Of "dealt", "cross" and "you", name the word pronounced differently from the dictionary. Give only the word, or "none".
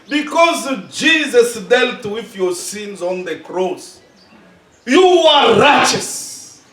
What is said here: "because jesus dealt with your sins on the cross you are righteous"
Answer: none